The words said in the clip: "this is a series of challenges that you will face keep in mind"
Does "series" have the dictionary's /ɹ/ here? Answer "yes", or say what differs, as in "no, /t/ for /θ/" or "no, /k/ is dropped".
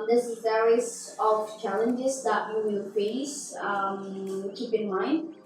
no, /ɹ/ is dropped